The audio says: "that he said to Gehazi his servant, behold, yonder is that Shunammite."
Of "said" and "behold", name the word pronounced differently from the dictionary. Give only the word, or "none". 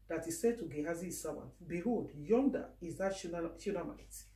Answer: behold